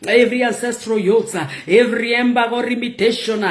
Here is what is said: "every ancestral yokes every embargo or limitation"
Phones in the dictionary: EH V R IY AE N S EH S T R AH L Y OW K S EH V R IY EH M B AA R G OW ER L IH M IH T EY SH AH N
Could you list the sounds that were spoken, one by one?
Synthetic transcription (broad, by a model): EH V R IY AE N S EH S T R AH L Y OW S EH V R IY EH M B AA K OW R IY M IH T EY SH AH N